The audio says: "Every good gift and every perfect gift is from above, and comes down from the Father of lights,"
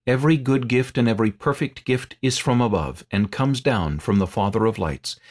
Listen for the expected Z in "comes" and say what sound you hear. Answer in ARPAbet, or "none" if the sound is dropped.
Z